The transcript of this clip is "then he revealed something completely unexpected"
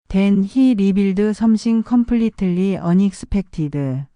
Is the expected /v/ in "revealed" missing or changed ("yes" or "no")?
yes